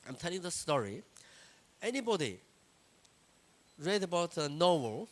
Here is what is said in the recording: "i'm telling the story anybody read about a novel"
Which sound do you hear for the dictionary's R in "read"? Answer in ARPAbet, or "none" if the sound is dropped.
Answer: R